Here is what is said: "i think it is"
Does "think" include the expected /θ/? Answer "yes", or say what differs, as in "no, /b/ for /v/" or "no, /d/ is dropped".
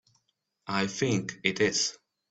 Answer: yes